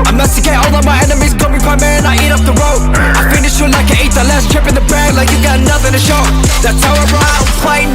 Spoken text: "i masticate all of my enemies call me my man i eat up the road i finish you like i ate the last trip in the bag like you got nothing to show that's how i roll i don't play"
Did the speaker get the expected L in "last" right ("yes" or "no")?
yes